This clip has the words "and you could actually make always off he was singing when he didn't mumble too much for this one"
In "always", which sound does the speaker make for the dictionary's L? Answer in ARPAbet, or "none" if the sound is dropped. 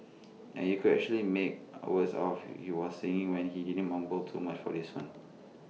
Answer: none